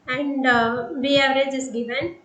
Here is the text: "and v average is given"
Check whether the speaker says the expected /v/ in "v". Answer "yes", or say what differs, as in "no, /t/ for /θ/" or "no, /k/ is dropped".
no, /b/ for /v/